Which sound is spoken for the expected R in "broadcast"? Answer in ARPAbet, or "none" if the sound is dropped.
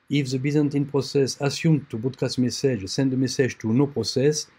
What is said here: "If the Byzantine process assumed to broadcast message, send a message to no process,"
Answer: none